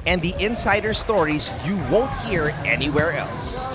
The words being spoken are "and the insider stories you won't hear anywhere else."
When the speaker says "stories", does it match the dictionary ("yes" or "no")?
yes